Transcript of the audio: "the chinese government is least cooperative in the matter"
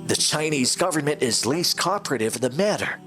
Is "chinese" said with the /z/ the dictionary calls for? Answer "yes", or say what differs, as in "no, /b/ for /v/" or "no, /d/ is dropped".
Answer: yes